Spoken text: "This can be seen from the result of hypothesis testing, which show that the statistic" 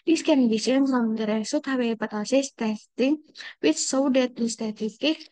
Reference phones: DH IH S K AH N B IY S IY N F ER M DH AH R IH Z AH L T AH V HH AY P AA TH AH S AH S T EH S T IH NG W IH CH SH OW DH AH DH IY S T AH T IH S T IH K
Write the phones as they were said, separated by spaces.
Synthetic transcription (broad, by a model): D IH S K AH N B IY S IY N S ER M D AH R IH S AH T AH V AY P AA T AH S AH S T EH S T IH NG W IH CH S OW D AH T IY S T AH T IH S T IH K